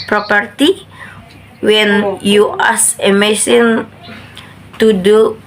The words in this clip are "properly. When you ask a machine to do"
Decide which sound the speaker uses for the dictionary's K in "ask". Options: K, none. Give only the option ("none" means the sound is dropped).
none